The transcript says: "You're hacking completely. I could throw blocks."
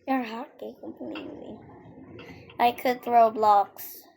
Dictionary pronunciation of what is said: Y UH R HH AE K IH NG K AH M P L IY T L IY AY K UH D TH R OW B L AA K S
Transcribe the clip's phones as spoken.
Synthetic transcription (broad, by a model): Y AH R HH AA K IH K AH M P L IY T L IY AY K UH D TH R OW B L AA K S